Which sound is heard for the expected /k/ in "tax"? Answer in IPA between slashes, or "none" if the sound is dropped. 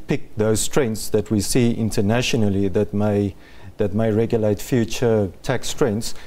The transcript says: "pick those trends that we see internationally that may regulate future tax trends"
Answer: /k/